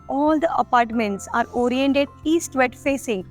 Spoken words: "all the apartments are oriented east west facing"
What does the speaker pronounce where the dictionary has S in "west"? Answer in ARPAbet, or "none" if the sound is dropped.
none